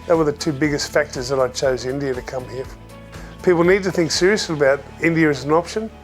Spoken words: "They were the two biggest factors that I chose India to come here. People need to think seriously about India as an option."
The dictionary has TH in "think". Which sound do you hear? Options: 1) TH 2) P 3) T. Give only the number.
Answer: 1